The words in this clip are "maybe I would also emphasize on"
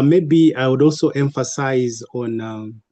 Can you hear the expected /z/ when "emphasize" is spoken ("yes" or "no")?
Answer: yes